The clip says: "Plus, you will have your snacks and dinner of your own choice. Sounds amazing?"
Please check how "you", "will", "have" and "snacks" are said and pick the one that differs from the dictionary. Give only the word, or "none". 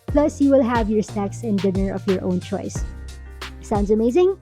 snacks